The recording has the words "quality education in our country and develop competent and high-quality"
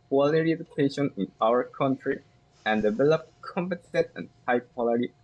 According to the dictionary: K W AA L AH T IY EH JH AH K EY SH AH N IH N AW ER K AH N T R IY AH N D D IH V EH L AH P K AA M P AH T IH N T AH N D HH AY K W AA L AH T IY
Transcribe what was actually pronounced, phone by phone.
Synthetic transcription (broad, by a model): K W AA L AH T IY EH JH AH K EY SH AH N IH N AW ER K AH N T R IY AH N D D IH V EH L AH P K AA M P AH S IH T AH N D HH AY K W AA L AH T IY